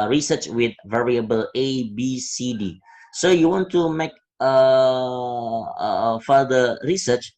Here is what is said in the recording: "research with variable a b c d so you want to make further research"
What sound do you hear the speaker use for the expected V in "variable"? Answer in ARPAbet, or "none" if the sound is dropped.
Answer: V